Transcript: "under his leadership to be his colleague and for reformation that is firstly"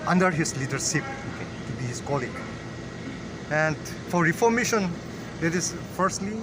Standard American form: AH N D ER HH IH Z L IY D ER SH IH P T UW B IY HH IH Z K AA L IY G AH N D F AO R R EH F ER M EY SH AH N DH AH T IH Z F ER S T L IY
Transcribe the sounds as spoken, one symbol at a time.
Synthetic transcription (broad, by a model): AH N D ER HH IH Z L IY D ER S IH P T UW B IY HH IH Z K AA L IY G AH N D F AO R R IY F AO M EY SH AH N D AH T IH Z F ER S T L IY